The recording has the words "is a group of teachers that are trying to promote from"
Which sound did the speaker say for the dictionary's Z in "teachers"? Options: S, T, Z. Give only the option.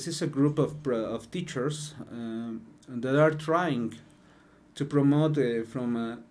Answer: S